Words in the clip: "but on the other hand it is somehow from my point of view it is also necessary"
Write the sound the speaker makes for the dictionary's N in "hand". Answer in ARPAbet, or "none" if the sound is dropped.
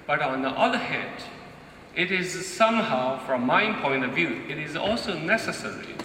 none